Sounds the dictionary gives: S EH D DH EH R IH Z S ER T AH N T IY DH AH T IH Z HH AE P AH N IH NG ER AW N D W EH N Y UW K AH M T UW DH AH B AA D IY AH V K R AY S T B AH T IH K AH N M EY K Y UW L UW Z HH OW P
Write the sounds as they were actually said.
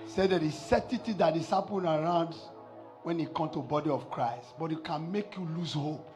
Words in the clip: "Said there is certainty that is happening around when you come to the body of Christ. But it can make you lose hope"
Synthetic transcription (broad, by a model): S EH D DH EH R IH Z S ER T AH T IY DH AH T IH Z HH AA P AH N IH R AW N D W EH N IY K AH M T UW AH B AA D IY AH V K R AY S T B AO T IH K AH N M EY K Y UW L UW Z HH OW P